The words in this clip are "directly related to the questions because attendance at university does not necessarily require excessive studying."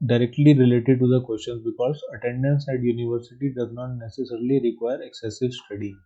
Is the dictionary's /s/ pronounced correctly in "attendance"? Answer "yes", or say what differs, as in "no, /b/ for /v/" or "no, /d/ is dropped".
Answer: yes